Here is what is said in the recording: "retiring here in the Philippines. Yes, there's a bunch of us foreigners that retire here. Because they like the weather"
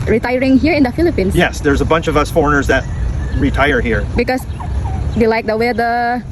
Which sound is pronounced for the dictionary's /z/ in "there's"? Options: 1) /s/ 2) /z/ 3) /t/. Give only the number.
2